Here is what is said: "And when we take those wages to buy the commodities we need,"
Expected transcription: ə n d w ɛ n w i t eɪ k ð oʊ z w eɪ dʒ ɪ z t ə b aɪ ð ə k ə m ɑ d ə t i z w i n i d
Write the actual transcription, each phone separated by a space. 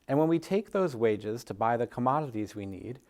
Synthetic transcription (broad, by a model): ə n w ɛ n w i t eɪ k ð oʊ z w eɪ dʒ ɪ z t ə b aɪ ð ə k ə m ɑ d ə t i z w i n i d